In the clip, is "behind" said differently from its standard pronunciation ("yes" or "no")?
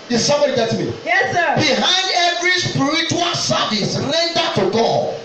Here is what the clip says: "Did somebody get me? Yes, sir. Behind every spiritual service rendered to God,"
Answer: no